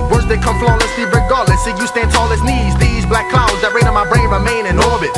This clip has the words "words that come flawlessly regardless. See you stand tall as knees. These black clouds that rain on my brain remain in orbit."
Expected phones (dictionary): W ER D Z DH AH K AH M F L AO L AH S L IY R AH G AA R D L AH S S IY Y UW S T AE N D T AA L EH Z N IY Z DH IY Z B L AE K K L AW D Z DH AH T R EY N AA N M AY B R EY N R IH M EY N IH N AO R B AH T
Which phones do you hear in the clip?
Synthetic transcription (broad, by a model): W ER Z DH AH K AH M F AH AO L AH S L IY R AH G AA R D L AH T S IY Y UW S T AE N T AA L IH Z N IY Z DH IY Z B L AE K K L AW D Z DH AH T R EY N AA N M AY B R EY N R IH M EY N IH N AO R B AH T